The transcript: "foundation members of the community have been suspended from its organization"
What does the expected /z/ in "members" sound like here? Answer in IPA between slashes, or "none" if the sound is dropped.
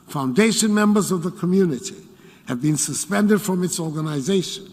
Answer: /z/